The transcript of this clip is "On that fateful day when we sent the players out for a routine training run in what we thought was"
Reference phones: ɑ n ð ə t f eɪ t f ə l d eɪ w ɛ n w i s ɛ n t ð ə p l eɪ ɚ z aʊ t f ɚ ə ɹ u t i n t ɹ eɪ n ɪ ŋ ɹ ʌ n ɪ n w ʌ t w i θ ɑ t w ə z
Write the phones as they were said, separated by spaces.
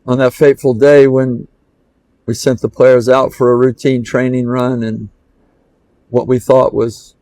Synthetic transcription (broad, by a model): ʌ n ð ə t f eɪ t f l d eɪ w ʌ n w i s ɛ n ð ə p l eɪ ɚ z aʊ t f ɚ ə ɹ u t i n t ɹ eɪ n ɪ ŋ ɹ ʌ n ɪ n w ʌ t w i θ ɑ t w ə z